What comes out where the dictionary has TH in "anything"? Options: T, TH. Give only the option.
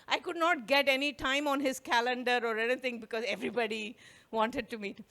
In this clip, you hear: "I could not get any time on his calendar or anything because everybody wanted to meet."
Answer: T